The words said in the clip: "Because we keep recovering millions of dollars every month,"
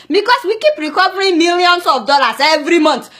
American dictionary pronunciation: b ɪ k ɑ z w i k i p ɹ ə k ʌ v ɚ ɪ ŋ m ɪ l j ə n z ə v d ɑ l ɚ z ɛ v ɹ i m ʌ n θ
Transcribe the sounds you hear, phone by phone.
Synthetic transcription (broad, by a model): b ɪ k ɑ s w i k i p ɹ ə k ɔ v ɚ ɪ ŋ m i l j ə n s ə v d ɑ l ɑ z ɛ v ɹ i m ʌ n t